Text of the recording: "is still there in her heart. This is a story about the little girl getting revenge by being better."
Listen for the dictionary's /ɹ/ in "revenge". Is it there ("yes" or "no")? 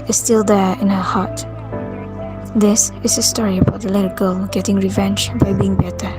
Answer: yes